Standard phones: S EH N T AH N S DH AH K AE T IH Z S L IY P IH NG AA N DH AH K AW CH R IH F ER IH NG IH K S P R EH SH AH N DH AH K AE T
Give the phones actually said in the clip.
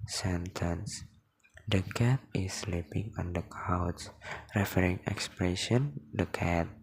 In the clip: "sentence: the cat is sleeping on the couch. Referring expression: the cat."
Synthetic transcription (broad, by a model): S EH N T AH N S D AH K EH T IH S L IY P IH NG AA N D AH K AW S R IH F ER IH NG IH K S P R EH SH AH N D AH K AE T